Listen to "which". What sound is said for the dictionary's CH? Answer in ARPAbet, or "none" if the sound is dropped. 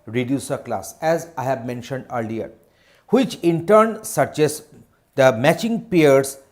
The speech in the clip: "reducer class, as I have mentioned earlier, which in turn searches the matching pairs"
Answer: CH